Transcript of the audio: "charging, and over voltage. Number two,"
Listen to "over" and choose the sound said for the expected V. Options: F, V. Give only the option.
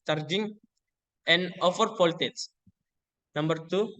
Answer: F